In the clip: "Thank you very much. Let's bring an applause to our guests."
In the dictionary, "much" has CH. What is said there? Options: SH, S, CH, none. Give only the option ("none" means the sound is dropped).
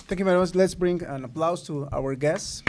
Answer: S